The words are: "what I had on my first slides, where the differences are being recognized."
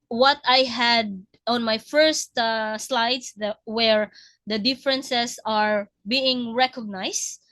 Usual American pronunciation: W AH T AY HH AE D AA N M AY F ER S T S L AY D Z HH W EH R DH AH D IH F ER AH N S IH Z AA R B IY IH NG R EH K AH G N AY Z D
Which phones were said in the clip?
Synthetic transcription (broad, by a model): W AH T AY HH AE D AA N M AY F ER S T S L AY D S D W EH R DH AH D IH F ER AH N S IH S AA R B IY IH NG R EH K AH G N AY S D